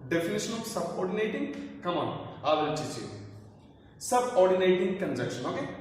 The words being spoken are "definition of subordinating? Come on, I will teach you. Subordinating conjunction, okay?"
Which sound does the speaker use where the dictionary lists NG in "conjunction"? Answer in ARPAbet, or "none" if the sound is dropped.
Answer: none